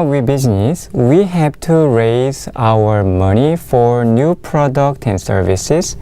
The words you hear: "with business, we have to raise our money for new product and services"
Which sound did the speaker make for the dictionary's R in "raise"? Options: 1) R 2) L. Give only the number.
1